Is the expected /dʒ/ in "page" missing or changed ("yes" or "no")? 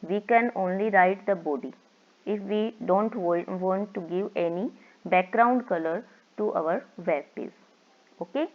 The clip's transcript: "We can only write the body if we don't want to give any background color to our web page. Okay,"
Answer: yes